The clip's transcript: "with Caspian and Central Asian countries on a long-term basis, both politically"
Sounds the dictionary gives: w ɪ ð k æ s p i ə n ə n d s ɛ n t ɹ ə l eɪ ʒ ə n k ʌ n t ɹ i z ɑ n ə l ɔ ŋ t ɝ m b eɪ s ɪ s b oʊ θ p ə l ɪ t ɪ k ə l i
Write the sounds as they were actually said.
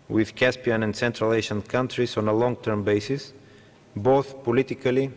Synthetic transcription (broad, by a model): w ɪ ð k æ s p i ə n ə n d s ɛ n t ɹ ə l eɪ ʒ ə n k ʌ n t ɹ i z ɑ n ə l ɔ ŋ t ɝ m b eɪ s ɪ s b oʊ θ p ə l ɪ t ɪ k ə l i